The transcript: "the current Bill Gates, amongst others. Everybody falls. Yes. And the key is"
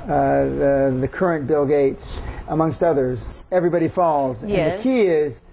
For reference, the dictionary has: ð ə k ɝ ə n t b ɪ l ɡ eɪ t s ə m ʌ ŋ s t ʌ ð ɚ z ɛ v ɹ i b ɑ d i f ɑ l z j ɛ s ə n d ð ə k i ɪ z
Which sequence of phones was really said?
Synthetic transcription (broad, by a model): ð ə k ɝ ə n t b ɪ l ɡ eɪ t s ə m ʌ ŋ s t ʌ ð ɚ z ɛ v ɹ i b ɑ d i f ɑ l z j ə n ð ə k i ɪ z